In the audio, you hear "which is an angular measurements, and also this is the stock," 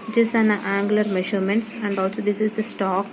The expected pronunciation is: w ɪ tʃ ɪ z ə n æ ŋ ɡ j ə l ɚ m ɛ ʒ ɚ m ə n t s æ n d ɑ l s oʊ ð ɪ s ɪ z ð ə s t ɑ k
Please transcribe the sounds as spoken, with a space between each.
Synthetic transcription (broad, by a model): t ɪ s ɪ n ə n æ ŋ ɡ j l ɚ m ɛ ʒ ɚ m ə n t s æ n d ɑ l s oʊ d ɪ s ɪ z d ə s t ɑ k